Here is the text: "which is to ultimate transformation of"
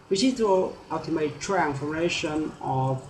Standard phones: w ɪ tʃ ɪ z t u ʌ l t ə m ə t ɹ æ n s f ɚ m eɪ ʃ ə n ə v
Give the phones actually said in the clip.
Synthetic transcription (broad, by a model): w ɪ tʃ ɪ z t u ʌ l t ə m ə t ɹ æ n f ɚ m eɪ ʃ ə n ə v